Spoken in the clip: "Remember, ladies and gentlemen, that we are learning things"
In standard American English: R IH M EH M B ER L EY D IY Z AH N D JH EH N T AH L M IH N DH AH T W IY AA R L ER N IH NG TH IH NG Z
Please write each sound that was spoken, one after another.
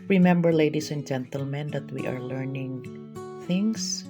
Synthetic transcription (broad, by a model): R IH M EH M B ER L EY D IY S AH N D JH EH N T AH L M IH N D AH T W IY AA R L ER N IH NG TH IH NG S